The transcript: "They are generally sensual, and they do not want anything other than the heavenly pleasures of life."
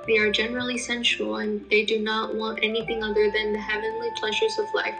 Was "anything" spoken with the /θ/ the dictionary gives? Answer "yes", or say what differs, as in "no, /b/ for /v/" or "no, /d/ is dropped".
yes